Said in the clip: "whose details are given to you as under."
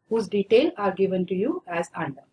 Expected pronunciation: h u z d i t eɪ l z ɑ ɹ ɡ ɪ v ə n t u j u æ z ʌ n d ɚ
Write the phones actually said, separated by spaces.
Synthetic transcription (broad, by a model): h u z d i t eɪ l ɑ ɹ ɡ ɪ v ə n t u j u æ z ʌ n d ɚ